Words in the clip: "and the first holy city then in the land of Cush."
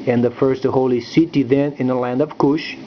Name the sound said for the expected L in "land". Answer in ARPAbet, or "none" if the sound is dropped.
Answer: L